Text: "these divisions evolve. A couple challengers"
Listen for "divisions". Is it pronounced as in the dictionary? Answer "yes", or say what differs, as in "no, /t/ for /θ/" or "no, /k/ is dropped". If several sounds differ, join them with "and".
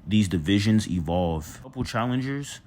yes